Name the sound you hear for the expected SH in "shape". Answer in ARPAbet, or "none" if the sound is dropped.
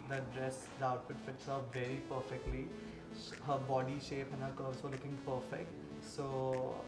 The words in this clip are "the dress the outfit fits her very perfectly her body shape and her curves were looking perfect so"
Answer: SH